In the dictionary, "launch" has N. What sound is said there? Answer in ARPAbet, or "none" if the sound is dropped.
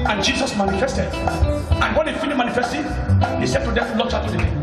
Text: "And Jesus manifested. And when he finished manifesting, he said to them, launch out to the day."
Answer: none